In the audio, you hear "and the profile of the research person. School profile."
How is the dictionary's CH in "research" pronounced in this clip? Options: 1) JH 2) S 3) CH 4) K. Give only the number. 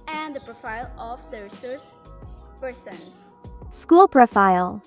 2